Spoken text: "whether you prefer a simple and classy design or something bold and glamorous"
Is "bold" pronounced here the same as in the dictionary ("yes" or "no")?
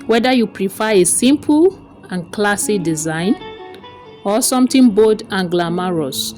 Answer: no